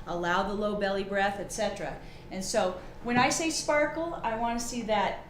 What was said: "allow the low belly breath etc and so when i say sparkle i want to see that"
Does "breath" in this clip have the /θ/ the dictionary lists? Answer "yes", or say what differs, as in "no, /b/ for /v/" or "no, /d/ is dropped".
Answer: yes